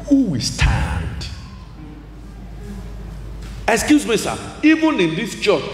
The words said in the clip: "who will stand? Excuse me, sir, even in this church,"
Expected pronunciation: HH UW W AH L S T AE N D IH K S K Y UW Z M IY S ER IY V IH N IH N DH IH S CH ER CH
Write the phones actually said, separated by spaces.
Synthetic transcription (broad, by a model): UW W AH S T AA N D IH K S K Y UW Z M IY S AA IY B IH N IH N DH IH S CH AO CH